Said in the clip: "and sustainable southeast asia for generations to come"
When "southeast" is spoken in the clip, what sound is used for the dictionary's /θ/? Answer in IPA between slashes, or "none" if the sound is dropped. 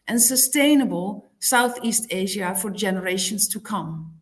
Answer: /θ/